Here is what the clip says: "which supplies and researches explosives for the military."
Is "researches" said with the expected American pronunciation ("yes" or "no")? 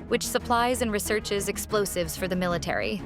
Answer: yes